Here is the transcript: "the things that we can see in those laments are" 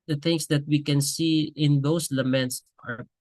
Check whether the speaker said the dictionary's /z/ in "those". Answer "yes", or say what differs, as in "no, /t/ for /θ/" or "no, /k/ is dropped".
no, /s/ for /z/